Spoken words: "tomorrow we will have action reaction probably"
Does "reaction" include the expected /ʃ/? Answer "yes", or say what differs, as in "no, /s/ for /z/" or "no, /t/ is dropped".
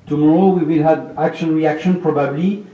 yes